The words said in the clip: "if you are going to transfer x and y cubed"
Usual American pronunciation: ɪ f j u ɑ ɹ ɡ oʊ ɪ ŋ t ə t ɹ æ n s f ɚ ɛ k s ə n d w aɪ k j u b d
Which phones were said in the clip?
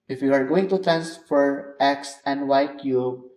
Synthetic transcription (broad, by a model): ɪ f j u ɑ ɹ ɡ oʊ ɪ ŋ t ə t æ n s f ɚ ɛ k s ə n d w aɪ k j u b